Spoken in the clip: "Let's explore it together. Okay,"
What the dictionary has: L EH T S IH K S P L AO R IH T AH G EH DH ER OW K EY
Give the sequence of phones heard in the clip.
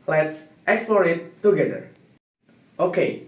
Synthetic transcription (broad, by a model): L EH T S IH K S P L AO R IH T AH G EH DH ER OW K EY